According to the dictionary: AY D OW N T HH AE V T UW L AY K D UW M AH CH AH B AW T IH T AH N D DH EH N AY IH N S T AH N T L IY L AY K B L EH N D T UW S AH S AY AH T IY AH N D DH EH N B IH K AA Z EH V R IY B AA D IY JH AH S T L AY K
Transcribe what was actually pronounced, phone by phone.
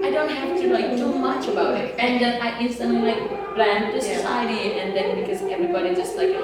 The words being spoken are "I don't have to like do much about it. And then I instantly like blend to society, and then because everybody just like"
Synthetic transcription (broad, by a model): AY D OW N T HH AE F T UW N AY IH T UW M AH CH AH B AW T IH T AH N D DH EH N AY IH N S T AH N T L IY L AY K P L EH N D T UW S AH S AY AH T IY AH N D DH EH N B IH K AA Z EH V R IY B AA D IY JH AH S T L AY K